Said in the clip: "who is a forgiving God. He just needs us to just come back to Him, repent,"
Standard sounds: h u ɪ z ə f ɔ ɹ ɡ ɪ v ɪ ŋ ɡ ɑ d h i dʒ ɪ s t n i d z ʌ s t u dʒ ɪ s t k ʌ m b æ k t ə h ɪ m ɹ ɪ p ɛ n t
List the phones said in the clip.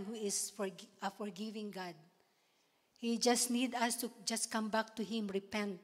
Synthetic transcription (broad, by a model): h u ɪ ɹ ə f ɔ ɹ ɡ ɪ v ɪ ŋ ɡ ɑ d h i dʒ ɪ s t n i d ʌ s t u dʒ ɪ s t k ʌ m b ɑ k t ə h ɪ m ɹ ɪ p ɛ n t